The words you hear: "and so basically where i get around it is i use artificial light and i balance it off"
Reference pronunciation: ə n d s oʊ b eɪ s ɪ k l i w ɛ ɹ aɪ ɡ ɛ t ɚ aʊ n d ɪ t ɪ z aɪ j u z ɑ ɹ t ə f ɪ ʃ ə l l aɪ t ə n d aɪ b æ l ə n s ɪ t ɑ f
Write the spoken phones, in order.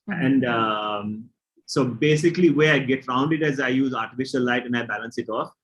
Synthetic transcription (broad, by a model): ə n d s oʊ b eɪ s ɪ k l i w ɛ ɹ aɪ ɡ ɛ t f aʊ n d ɪ t ɪ z aɪ j u z ɑ ɹ t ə f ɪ ʃ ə n l aɪ t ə n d aɪ b æ l ə n s ɪ t ɑ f